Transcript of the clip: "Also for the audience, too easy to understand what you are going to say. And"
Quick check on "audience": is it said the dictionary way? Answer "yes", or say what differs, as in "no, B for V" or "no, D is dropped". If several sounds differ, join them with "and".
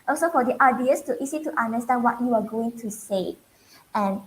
no, N is dropped